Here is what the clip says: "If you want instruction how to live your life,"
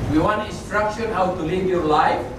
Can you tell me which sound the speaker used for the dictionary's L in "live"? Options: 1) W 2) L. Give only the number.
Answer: 2